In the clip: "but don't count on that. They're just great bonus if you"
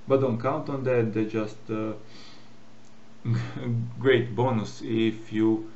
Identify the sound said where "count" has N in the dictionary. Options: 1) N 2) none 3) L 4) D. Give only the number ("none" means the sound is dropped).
1